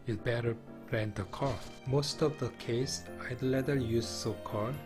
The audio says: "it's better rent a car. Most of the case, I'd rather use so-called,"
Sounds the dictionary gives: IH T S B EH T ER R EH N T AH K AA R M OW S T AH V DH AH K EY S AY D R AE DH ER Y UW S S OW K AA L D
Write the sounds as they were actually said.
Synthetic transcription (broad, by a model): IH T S B EH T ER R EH N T AH K AA M OW S T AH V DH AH K EY S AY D L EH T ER Y UW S S OW K AA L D